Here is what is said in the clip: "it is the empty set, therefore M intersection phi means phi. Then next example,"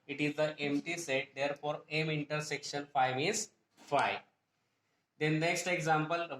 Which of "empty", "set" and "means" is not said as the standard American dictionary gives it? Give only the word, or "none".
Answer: means